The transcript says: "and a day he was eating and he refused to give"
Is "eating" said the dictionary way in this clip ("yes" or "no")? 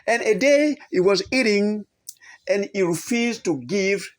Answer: yes